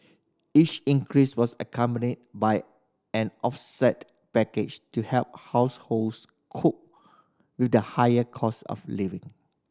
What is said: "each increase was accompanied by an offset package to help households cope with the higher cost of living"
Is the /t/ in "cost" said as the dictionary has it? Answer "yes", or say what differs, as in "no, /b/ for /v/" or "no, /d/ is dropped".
no, /t/ is dropped